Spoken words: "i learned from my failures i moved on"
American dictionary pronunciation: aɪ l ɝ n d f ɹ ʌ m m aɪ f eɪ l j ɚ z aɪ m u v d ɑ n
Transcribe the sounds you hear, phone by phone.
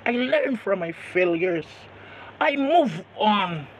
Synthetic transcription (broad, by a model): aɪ l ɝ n f ɹ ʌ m m aɪ f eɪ l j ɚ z aɪ m u v ɑ n